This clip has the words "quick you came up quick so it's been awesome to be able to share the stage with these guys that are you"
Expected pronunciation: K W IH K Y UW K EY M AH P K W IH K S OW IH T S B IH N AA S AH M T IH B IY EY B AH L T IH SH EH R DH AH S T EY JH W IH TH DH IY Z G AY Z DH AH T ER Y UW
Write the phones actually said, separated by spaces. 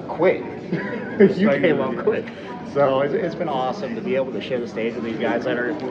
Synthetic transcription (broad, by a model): K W IH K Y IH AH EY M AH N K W IH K S OW IH T S B IH N AA S AH M T IH B IY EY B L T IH SH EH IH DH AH S T EY JH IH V DH IY Z G AY Z DH AH T ER